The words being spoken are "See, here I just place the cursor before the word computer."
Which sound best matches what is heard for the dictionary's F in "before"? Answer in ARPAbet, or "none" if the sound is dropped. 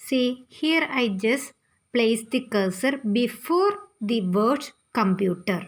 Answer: F